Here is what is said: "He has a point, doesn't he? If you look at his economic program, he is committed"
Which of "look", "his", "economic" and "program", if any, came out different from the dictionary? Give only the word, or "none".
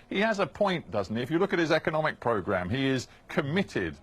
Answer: none